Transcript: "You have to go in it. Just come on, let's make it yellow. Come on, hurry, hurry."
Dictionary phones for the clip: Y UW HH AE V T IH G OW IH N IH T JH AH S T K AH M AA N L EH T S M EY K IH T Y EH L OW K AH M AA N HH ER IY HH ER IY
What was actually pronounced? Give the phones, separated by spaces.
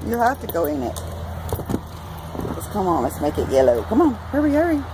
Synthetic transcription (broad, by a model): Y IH HH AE F T IH G OW IH N IH T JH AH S K AH M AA N L EH T S M EY K IH T Y EH L OW K AH M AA N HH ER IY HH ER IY